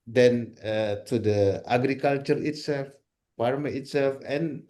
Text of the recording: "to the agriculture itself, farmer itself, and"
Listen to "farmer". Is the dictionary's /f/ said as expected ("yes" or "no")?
no